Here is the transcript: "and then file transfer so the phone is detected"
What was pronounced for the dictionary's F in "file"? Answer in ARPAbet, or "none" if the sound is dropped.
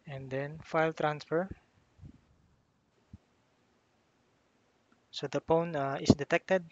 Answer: F